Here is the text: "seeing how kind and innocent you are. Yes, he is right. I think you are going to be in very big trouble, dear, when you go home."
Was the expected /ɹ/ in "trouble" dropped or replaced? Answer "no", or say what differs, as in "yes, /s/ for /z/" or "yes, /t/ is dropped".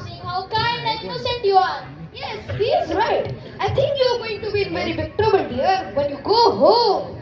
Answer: yes, /ɹ/ is dropped